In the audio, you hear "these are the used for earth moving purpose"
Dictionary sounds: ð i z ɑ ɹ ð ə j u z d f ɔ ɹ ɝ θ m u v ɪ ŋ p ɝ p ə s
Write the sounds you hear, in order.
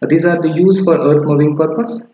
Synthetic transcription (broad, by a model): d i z ɑ ɹ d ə j u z f ɔ ɹ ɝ t m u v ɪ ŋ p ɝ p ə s